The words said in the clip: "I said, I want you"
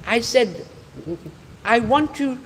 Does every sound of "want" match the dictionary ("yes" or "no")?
yes